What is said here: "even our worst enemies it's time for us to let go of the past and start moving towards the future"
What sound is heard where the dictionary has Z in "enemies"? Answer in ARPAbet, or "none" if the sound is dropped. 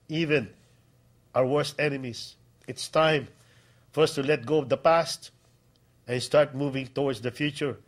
S